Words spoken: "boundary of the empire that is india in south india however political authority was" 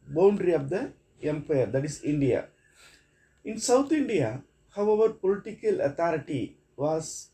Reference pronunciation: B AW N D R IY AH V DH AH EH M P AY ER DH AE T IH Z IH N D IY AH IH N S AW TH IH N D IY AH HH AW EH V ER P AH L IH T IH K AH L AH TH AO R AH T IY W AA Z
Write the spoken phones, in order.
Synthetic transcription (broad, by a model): B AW N D R IY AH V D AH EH M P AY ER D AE T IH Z IH N D IY AH IH N S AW T IH N D IY AH HH AW EH V ER P AH L IH T IH K AH L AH T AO R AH T IY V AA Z